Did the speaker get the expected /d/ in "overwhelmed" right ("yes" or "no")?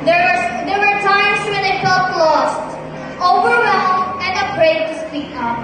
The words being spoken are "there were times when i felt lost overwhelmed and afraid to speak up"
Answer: no